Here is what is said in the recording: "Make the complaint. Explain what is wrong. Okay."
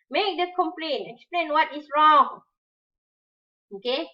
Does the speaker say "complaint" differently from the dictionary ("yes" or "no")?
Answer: yes